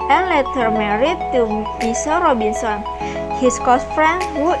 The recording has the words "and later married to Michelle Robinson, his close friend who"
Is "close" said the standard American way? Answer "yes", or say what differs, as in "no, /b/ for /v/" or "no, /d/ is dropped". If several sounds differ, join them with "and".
no, /l/ is dropped